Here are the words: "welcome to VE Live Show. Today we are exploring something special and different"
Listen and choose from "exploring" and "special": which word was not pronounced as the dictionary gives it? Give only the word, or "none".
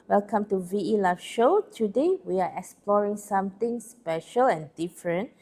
none